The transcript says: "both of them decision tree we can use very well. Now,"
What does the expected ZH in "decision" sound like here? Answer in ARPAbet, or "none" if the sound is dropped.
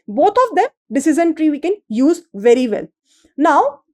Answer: Z